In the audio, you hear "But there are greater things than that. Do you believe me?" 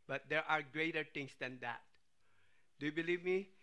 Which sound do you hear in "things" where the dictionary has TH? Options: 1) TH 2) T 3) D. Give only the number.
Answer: 2